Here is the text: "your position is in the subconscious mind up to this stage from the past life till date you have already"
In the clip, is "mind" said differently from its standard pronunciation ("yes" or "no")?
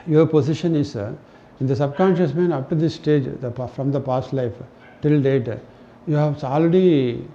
yes